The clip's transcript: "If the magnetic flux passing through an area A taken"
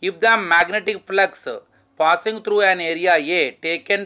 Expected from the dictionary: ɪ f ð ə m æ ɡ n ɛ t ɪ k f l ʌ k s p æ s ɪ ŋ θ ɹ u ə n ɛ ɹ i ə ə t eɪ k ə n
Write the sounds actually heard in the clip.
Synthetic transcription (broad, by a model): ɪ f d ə m æ ɡ n ɛ t ɪ k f l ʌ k s p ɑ s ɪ ŋ t ɹ u ə n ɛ ɹ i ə ə t eɪ k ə n